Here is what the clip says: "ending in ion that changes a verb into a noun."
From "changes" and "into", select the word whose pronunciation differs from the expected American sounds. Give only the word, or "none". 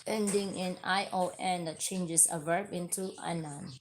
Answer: changes